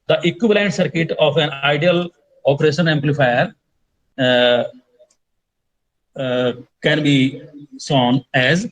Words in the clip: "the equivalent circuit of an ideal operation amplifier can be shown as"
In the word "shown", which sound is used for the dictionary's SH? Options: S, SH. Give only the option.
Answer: S